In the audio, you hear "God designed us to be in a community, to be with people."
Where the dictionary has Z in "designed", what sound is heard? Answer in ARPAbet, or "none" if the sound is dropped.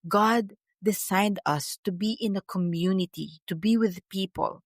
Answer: S